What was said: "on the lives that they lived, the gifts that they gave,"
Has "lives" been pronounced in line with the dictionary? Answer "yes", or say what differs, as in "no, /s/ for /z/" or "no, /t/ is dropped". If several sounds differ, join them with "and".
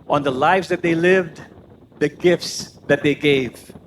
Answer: yes